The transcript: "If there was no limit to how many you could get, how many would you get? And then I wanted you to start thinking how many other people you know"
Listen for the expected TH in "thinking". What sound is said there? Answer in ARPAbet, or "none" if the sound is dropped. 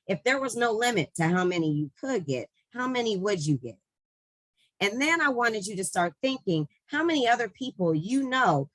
TH